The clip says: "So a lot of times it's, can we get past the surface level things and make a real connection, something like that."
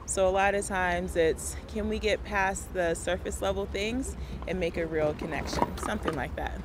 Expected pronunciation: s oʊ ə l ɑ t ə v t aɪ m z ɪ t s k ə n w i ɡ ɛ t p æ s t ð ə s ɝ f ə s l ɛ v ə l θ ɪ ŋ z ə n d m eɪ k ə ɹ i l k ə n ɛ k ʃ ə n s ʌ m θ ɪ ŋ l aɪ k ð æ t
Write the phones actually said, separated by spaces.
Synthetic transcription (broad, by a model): s oʊ ə l ɑ t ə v t aɪ m z ɪ t s k ə n w i ɡ ɛ t p æ s ð ə s ɝ f ə s l ɛ v l θ ɪ ŋ z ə n m eɪ k ə ɹ i l k ə n ɛ k ʃ ə n s ʌ m θ ɪ ŋ l aɪ k ð æ t